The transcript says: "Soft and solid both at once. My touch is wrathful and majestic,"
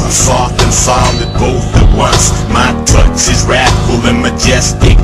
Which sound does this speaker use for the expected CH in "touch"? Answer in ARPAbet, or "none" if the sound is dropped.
S